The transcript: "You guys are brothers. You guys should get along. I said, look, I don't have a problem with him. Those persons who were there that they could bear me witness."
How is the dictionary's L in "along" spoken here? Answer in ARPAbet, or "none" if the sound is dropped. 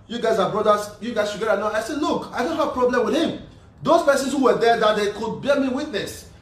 N